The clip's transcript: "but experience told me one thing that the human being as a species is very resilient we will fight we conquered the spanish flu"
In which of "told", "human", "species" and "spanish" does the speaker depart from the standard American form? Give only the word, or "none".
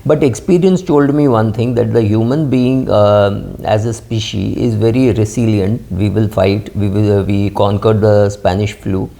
species